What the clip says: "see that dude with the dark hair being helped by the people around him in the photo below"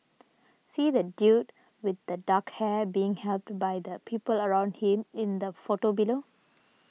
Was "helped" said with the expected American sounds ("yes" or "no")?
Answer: yes